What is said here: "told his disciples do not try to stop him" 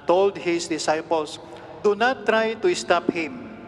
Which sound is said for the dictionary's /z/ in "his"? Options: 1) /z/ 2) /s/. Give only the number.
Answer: 2